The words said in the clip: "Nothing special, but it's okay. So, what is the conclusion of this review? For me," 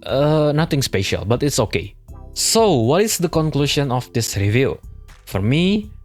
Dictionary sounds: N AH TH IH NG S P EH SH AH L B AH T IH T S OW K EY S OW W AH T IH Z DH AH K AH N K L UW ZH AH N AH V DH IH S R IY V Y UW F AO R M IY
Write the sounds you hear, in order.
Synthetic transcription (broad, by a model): N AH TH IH NG S P EH SH AH L B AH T IH T S OW K EY S OW W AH T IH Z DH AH K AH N K L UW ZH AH N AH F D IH S R IY V Y UW F AO R M IY